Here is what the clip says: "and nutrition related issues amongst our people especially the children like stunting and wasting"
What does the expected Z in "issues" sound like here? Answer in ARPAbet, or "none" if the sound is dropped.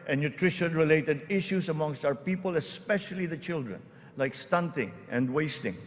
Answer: S